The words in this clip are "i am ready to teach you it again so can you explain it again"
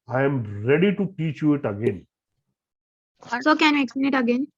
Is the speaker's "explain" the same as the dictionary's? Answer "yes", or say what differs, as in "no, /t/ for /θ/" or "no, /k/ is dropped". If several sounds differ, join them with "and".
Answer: no, /l/ is dropped